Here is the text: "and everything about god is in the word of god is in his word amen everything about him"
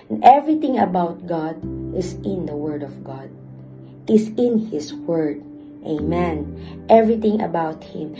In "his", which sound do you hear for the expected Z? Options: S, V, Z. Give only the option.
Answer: S